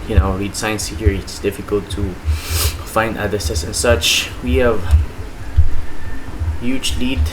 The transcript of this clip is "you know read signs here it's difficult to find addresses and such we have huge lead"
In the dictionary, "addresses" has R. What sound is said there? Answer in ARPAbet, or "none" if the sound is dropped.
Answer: none